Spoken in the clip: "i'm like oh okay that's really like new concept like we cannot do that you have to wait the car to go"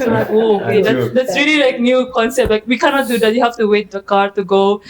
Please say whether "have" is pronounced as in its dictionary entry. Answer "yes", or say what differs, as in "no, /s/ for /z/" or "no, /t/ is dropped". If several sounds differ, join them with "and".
no, /f/ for /v/